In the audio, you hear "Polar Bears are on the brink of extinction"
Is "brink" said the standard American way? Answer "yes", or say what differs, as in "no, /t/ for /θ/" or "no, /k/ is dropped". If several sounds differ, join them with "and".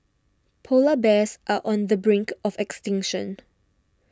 yes